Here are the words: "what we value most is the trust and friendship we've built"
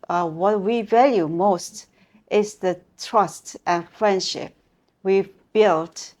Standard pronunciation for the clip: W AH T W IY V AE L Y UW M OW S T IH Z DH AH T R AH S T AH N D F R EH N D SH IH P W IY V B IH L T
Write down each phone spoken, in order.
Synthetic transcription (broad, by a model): W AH T W IY V AE L Y UW M OW S T IH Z DH AH T R AH S T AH N F R EH N D SH IH P W IY V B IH L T